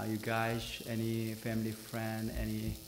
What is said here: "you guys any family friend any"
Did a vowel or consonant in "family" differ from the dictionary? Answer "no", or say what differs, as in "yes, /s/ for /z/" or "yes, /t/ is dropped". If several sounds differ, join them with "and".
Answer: no